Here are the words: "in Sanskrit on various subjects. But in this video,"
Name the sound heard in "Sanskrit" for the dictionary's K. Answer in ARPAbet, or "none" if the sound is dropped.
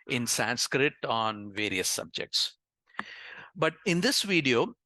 K